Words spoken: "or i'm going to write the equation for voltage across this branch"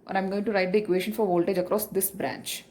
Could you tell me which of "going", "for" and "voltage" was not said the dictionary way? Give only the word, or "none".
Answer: none